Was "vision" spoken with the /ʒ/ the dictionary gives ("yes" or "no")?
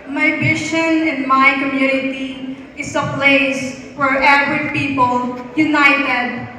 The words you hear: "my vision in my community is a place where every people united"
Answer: no